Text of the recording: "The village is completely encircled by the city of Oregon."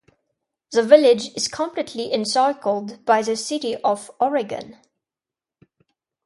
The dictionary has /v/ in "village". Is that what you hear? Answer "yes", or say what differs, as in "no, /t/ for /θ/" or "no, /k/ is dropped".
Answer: yes